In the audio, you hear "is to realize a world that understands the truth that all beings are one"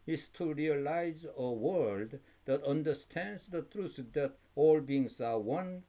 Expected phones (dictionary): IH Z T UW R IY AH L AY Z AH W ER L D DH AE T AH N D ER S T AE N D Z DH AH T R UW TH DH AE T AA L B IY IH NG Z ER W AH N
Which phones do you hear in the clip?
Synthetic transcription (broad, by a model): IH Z T UW R IY AH L AY Z AH W ER L D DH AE T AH N D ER S T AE N D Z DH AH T R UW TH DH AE T AA L B IY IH NG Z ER W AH N